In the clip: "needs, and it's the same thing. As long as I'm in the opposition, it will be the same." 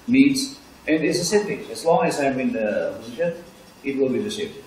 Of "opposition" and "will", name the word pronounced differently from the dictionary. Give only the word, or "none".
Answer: opposition